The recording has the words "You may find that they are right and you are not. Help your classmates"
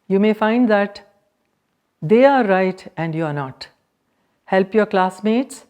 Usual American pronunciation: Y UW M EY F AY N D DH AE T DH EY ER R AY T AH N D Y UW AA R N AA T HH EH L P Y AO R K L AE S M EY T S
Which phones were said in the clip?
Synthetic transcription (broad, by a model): Y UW M EY F AY N D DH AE T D EY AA R AY T AH N D Y UW AA R N AA T HH EH L P Y AO R K L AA S M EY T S